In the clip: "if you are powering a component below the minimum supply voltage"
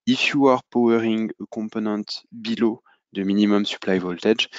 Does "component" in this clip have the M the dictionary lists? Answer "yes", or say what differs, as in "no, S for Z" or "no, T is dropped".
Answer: no, M is dropped